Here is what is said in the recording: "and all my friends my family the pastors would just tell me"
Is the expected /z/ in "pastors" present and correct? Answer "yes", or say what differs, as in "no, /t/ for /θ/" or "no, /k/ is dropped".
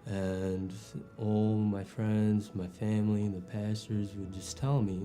yes